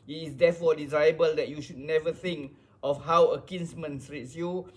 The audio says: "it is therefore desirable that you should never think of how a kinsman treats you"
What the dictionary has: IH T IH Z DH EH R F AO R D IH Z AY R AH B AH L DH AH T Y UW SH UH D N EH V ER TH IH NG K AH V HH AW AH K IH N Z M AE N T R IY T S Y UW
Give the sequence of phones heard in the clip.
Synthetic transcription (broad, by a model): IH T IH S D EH F AO D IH Z AY AH B AH L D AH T Y UW SH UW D N EH V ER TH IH NG K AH F HH AW AH K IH N S M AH N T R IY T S Y UW